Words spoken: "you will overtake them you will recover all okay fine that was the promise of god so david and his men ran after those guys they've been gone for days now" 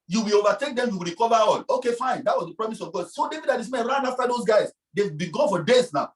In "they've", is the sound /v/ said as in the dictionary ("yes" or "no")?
no